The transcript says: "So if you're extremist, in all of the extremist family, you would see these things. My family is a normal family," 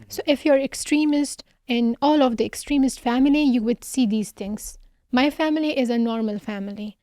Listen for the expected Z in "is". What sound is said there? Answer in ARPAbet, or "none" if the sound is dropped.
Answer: Z